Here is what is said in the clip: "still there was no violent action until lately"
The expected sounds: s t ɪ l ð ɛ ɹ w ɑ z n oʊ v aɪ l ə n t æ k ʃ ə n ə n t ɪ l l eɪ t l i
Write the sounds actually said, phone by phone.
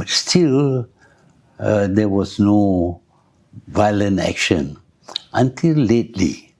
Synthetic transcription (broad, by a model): s t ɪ l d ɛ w ɑ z n oʊ v aɪ l ə n t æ k ʃ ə n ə n t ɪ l l eɪ t l i